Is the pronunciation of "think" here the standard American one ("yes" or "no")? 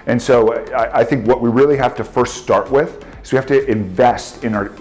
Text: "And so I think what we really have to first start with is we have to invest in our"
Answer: yes